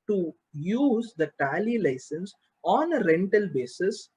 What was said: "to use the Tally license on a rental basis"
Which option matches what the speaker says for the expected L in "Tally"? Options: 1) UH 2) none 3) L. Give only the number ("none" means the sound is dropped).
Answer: 3